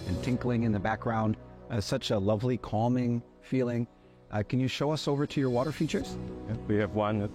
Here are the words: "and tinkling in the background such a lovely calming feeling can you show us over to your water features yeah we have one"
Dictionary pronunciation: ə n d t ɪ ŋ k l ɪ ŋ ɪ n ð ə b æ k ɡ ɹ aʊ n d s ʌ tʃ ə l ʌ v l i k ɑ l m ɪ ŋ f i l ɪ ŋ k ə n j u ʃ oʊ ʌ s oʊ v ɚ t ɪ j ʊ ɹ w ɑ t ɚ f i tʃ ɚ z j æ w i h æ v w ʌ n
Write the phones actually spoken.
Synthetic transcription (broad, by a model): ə n t ɪ ŋ k l ɪ ŋ ɪ n ð ə b æ k ɡ ɹ aʊ n d s ʌ tʃ ə l ʌ v l i k ɑ l m ɪ ŋ f i l ɪ ŋ k ə n j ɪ ʃ oʊ ʌ s oʊ v ɚ t ɪ j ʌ ɹ w ɑ t ɚ f i tʃ ɚ z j w i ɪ v w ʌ n